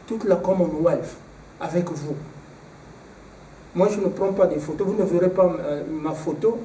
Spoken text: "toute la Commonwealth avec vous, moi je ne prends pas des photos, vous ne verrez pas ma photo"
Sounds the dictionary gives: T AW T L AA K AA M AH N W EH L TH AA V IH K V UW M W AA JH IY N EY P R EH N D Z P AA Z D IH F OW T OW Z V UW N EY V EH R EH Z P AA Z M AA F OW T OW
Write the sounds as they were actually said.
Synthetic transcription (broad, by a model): T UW T L AA K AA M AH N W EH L F AA V IH K V UW M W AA ZH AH N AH P R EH P AA D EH F OW T OW V UW N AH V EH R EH P AA M AA F OW T OW